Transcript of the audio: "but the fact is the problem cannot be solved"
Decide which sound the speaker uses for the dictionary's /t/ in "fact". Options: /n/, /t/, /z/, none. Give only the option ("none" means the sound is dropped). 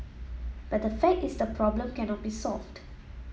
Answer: none